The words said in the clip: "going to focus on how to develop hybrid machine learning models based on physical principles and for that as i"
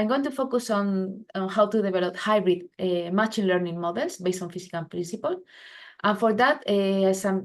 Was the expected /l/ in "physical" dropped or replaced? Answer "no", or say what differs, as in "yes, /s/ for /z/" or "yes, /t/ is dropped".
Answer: yes, /n/ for /l/